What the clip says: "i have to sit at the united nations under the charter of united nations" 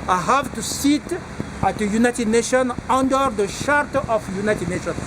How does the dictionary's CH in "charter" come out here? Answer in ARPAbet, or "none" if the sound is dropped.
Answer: SH